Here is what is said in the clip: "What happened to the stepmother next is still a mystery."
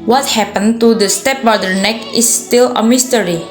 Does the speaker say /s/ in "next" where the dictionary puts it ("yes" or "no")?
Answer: no